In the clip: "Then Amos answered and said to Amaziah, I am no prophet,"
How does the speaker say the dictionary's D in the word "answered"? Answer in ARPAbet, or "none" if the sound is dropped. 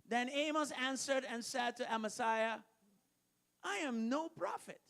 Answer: D